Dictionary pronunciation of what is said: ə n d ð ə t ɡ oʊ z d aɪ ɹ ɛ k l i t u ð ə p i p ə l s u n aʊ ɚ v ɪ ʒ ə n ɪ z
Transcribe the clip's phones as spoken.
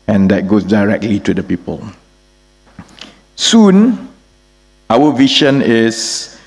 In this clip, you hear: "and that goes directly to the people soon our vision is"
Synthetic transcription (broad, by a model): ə n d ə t ɡ oʊ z d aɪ ɹ ɛ k l i t u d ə p i p ə l s u n aʊ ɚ v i ʃ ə n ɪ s